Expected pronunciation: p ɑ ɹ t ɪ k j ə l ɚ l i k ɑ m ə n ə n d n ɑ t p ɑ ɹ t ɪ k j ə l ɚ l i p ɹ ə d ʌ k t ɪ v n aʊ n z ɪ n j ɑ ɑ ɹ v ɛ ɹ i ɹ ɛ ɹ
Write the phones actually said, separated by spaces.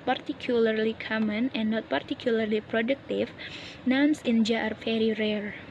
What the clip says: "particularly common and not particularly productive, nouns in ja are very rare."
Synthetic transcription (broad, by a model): p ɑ ɹ t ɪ k j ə l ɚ l i k ɑ m ə n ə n n ɑ t p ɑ ɹ t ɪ k j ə l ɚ l i p ɹ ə d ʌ k t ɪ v n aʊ n s ɪ n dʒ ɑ ɑ ɹ f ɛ ɹ i ɹ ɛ ɹ